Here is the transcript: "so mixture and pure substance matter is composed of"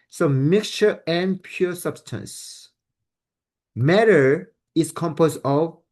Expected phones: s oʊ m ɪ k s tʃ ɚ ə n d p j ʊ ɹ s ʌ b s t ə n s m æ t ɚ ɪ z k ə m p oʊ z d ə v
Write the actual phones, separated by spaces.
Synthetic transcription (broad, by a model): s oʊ m ɪ k s tʃ ɚ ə n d p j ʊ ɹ s ʌ b s t ə n s m æ t ɚ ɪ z k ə m p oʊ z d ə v